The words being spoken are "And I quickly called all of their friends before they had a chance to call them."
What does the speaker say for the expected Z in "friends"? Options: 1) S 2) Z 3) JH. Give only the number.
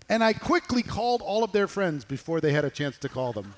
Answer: 2